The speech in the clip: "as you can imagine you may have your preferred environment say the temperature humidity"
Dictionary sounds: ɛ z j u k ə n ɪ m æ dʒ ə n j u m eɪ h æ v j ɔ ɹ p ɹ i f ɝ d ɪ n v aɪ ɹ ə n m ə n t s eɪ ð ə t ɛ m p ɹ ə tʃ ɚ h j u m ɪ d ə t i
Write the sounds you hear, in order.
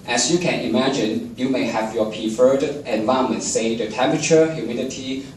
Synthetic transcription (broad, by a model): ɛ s j u k ə n ɪ m æ dʒ ə n j u m eɪ h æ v j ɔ p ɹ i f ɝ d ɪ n v aɪ ə m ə n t s eɪ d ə t ɛ m p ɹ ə tʃ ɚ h j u m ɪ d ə t i